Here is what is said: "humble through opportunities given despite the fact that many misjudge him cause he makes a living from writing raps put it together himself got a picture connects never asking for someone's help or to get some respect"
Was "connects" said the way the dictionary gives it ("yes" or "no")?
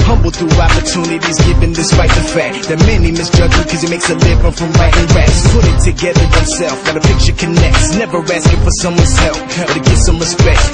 yes